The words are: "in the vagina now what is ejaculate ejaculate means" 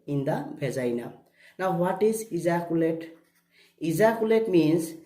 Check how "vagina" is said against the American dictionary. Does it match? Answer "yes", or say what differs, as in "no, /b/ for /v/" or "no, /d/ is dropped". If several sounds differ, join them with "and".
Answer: no, /b/ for /v/